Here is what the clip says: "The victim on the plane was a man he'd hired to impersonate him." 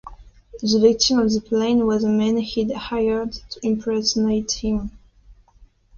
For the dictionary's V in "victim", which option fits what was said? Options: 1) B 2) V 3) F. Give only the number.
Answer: 2